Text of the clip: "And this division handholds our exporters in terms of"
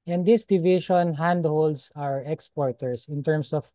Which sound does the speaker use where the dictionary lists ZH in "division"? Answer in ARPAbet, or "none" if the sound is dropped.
SH